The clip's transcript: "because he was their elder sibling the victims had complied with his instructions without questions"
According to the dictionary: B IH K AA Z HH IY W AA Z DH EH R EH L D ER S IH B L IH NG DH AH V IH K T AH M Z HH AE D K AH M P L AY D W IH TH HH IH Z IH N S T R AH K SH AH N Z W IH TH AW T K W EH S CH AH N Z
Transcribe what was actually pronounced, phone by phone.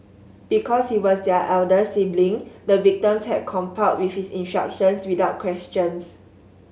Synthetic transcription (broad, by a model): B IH K AA S HH IY W AA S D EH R EH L D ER S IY B L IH NG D AH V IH K T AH M S HH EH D K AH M P AY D W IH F HH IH S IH N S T R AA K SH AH N S W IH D AW T K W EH S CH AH N S